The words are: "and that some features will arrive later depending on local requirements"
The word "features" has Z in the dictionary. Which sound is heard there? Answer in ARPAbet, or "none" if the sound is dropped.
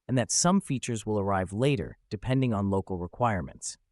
Z